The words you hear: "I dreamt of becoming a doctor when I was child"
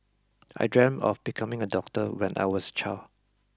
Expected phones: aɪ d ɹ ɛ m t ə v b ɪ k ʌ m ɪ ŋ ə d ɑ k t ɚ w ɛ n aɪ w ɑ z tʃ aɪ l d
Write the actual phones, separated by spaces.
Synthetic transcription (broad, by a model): aɪ d ɹ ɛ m ə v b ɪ k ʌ m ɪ ŋ ə d ɑ k t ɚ w ɛ n aɪ w ɑ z tʃ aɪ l